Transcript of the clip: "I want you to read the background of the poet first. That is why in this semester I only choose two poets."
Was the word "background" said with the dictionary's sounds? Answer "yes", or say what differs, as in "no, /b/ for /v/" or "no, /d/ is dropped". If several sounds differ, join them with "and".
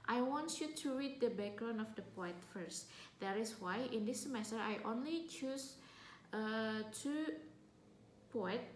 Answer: no, /d/ is dropped